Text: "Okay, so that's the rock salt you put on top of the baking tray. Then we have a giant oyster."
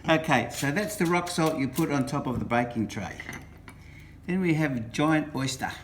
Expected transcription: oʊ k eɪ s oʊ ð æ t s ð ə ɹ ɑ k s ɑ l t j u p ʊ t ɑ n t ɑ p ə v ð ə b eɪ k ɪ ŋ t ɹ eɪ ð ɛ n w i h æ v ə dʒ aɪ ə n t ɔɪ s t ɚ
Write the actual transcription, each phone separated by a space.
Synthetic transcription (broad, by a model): oʊ k eɪ s oʊ ð æ t s ð ə ɹ ɑ k s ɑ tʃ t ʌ p ʊ t n t ɑ p ə v ð ə b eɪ k ɪ ŋ t ɹ eɪ ð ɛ n w i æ v dʒ aɪ ə n t ɔɪ s t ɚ